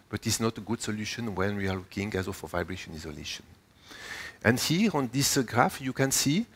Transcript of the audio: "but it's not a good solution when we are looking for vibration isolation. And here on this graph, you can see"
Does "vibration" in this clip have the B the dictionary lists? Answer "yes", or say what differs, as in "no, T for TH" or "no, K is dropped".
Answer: yes